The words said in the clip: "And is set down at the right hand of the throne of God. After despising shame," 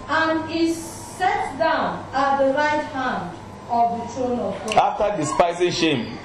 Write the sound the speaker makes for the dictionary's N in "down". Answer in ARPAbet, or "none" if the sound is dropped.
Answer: N